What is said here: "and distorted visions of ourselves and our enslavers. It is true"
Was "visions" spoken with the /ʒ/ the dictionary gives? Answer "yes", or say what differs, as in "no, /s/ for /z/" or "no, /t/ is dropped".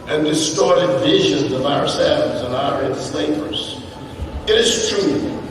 yes